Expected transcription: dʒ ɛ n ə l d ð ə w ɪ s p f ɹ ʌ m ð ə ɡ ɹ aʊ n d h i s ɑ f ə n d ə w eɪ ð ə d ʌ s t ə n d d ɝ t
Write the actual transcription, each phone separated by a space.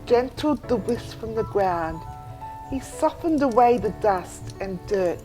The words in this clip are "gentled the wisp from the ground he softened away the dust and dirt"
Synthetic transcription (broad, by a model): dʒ ɛ n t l d ð ə w ɪ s f ɹ ʌ m ð ə ɡ ɹ aʊ n d h i s ɑ f ə n d ə w eɪ ð ə d ʌ s t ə n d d ɝ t